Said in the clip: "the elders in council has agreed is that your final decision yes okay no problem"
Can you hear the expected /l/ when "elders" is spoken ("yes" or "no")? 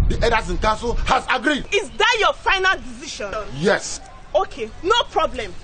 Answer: no